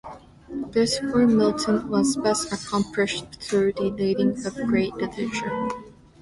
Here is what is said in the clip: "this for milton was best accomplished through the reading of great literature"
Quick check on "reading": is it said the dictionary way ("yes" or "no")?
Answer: no